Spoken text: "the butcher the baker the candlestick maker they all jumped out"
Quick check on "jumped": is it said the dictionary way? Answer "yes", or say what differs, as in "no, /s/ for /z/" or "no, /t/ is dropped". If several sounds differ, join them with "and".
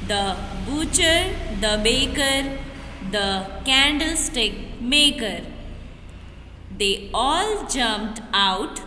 yes